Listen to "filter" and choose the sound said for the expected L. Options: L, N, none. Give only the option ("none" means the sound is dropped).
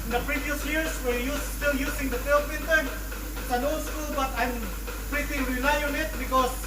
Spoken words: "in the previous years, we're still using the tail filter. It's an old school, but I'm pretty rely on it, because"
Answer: N